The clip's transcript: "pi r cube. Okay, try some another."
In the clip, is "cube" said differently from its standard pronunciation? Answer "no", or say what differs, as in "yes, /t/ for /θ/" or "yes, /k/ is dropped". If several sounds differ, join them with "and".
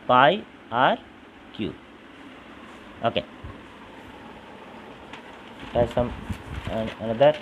yes, /b/ is dropped